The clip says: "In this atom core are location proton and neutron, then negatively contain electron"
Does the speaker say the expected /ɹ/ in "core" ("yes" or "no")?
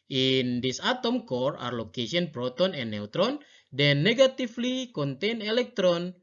yes